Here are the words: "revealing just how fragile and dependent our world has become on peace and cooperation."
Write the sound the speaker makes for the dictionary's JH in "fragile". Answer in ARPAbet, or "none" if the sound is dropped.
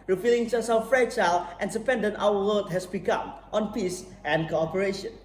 CH